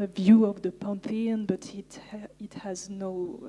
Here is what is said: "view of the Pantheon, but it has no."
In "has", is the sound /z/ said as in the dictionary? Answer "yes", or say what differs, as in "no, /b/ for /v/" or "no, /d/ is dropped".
yes